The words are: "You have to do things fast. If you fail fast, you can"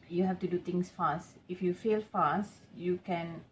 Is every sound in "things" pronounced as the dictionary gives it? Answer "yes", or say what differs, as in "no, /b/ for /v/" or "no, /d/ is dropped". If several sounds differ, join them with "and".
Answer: no, /t/ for /θ/ and /s/ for /z/